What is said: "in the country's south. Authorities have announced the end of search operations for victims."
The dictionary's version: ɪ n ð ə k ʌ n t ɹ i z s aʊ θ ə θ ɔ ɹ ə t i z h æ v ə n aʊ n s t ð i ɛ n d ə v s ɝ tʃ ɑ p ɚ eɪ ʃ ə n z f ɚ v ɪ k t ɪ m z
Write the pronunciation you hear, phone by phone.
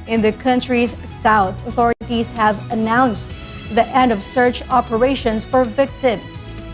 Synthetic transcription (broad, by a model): ɪ n ð ə k ʌ n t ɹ i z s aʊ θ ə θ ɔ ɹ ə t i z h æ v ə n aʊ n s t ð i ɛ n d ə v s ɝ tʃ ɑ p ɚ eɪ ʃ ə n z f ɚ v ɪ k t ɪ m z